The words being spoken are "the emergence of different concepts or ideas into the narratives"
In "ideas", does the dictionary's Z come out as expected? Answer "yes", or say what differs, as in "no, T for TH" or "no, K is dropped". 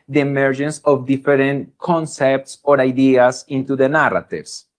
no, S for Z